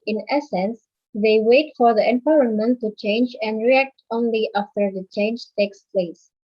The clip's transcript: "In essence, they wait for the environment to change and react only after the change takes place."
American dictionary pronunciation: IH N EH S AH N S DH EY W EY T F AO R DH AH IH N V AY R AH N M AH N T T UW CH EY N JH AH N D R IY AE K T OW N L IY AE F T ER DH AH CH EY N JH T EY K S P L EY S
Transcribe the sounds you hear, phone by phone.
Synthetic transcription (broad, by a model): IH N EH S AH N S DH EY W EY T F AO R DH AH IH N P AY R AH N M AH N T T UW CH EY N JH AH N D R IY AE K T OW N L IY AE F T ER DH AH CH EY N JH T EY K S P L EY S